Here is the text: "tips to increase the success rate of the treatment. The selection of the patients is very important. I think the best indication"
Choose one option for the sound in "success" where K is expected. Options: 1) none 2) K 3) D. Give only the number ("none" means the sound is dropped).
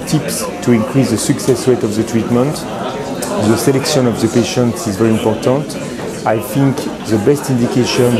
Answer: 2